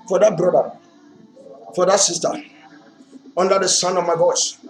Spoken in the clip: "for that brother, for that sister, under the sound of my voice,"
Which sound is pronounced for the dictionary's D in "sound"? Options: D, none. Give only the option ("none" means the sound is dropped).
none